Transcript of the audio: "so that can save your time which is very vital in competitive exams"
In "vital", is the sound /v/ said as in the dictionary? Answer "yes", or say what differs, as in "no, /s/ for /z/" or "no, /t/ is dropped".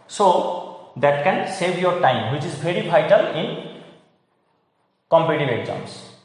no, /b/ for /v/